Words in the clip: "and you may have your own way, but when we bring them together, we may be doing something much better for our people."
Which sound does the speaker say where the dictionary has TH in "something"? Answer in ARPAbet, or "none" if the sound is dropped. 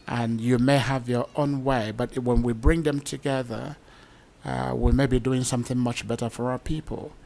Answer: TH